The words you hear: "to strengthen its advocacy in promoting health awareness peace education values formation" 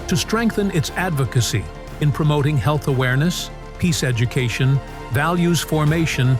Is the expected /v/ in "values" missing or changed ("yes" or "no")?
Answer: no